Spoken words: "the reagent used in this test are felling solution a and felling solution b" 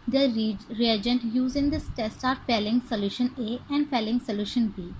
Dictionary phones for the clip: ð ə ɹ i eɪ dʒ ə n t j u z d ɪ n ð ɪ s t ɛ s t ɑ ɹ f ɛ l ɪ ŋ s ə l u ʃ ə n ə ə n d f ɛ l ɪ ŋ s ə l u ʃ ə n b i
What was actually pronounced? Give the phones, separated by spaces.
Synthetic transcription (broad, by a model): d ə ɹ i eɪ dʒ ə n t j u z ɪ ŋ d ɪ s t ɛ s t ɑ ɹ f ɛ l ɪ ŋ s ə l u ʃ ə n ə ə n d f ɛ l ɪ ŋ s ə l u ʃ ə n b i